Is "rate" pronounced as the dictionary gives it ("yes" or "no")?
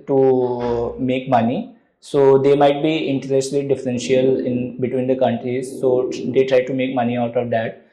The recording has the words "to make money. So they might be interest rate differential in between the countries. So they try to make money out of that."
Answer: no